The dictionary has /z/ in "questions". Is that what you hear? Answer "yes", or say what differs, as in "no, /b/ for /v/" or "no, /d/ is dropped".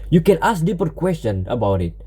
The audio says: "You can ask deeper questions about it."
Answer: no, /z/ is dropped